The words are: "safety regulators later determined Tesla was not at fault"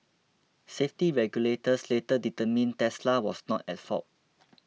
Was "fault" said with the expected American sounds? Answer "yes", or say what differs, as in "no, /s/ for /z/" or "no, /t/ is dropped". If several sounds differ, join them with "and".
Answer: no, /l/ is dropped